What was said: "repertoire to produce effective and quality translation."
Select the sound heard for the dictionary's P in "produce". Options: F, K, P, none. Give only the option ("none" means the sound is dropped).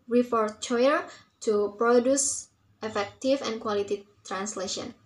P